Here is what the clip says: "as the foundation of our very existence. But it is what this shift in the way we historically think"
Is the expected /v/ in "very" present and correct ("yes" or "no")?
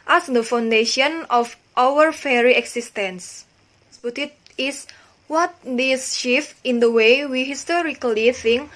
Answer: no